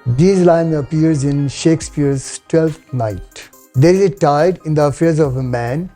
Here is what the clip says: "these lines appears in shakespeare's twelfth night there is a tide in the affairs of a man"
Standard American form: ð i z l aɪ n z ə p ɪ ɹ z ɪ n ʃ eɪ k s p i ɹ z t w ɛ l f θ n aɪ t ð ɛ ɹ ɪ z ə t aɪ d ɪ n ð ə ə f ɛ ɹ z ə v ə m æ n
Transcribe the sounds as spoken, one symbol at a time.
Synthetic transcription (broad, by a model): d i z l aɪ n ə p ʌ ɹ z ɪ n ʃ eɪ k s p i ɹ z t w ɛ l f t n aɪ t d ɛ ɹ ɪ z ə t aɪ d ɪ n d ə ə f ɛ ɹ z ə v ə m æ n